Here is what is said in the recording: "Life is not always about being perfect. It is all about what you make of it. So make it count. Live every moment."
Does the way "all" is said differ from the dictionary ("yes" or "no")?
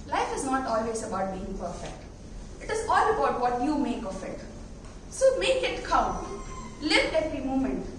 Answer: no